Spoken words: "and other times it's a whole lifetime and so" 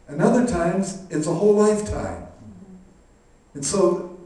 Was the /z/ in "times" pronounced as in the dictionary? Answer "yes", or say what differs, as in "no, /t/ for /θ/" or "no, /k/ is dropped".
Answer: yes